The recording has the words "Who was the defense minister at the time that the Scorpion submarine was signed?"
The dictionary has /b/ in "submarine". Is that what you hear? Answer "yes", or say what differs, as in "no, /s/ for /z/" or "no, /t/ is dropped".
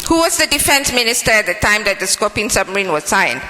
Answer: no, /b/ is dropped